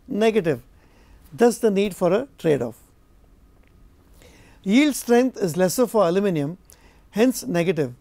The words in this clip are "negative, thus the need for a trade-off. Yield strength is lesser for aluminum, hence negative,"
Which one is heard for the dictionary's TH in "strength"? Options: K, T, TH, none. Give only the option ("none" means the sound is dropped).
T